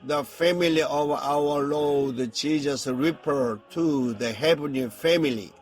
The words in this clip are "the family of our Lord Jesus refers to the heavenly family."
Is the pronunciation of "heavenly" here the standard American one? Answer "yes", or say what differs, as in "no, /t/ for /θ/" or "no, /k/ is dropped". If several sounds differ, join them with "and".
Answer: no, /l/ is dropped